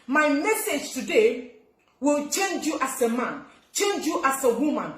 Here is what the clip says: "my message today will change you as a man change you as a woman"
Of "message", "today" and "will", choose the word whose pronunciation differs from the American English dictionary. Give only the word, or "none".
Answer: none